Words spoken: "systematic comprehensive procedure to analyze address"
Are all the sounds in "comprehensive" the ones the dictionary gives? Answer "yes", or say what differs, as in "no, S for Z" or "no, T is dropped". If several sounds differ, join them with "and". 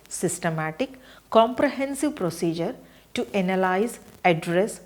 yes